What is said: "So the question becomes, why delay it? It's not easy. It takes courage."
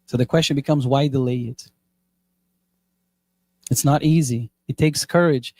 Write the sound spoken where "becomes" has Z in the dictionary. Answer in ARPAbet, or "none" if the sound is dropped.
Z